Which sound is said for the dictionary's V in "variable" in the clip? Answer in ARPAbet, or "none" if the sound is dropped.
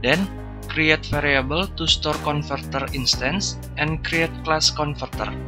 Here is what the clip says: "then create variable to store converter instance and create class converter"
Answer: F